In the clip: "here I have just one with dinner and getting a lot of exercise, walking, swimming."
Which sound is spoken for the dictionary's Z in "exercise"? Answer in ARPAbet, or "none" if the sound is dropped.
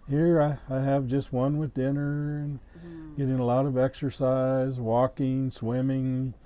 Z